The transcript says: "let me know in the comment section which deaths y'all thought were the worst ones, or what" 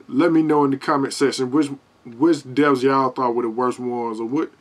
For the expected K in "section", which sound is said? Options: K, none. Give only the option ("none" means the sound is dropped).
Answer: none